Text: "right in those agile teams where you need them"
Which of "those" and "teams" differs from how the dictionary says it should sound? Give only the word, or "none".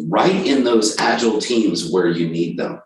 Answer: none